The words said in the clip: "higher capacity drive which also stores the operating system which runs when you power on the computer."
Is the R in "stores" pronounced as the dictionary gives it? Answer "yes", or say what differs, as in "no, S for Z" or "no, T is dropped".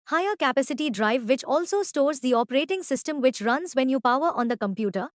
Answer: yes